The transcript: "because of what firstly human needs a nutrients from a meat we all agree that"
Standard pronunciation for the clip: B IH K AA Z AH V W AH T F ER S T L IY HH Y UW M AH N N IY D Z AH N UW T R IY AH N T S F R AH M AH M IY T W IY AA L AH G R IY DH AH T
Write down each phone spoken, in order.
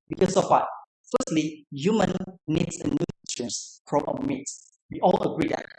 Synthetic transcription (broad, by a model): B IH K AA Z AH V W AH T F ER S T L IY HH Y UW M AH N N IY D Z AH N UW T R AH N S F R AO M AH M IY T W IY AA L AH G R IY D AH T